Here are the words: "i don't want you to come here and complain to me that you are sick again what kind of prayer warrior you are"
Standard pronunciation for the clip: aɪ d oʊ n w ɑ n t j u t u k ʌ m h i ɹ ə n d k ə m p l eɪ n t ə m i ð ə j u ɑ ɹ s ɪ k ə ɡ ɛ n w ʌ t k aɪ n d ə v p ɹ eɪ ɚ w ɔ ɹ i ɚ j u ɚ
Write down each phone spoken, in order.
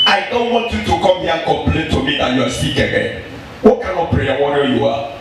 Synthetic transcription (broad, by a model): aɪ d oʊ n w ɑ n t j u t u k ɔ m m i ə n k ə m p l eɪ n t ə m i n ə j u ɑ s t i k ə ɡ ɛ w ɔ k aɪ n ə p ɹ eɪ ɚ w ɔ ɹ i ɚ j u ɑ